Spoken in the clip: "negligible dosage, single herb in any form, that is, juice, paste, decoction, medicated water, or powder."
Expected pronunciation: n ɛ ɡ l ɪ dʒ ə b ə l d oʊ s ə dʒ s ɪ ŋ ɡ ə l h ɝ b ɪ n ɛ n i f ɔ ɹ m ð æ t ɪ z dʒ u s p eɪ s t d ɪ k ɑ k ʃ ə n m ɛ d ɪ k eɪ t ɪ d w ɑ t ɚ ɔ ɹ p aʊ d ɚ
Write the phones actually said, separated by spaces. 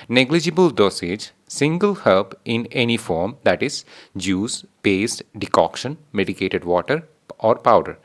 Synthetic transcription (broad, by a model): n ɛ ɡ l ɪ dʒ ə b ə l d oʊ s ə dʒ s ɪ ŋ ɡ ə l h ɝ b ɪ n ɛ n i f ɔ ɹ m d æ t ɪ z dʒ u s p eɪ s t d ɪ k ɑ k ʃ ə n m ɛ d ɪ k eɪ t ɪ d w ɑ t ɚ ɔ ɹ p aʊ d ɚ